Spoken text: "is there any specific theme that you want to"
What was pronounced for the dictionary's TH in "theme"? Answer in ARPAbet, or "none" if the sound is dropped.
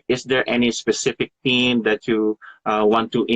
T